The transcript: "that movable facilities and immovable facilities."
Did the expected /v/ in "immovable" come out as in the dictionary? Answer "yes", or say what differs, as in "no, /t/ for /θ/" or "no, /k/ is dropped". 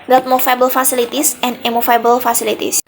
no, /f/ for /v/